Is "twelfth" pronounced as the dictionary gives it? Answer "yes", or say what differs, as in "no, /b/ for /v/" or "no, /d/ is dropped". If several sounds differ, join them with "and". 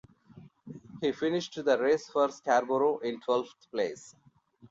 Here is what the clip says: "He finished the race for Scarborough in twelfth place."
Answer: no, /t/ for /θ/